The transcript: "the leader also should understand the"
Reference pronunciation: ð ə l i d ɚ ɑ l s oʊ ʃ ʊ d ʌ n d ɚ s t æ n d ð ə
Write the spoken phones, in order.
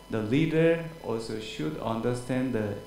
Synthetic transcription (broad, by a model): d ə l i d ɚ ɑ l s oʊ ʃ ʊ d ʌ n d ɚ s t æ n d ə